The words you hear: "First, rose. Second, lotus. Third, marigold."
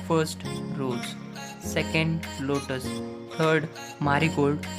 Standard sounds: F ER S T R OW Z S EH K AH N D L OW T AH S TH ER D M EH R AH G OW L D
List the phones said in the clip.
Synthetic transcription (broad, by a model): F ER S T R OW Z S EH K AH N D L OW T AH S T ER D M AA R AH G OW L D